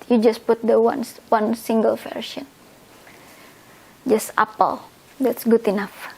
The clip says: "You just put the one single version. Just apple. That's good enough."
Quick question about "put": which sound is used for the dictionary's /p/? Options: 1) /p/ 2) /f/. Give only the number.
1